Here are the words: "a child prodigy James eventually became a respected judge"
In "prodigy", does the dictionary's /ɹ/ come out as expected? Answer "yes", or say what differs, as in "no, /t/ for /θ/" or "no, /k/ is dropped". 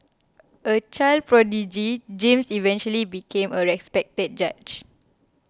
yes